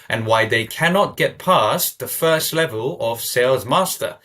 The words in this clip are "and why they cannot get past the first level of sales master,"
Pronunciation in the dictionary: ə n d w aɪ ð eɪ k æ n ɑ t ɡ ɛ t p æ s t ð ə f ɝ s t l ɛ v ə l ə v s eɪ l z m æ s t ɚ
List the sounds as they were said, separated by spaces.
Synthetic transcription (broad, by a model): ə n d w aɪ ð eɪ k æ n ɑ t ɡ ɛ t p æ s ð ə f ɝ s t l ɛ v ə l ə v s eɪ l z m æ s t ɚ